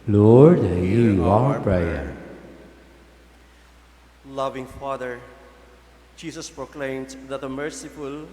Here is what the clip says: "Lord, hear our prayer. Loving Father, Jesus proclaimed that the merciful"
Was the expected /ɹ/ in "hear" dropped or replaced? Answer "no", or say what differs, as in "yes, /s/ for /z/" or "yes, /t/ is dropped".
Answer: yes, /w/ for /ɹ/